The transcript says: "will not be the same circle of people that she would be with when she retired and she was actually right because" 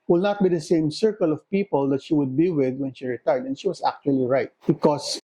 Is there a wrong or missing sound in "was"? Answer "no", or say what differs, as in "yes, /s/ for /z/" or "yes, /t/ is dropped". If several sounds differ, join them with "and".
yes, /s/ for /z/